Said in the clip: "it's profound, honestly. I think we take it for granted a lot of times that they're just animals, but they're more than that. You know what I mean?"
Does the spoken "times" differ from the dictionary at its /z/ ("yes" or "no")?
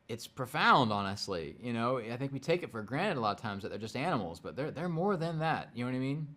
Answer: no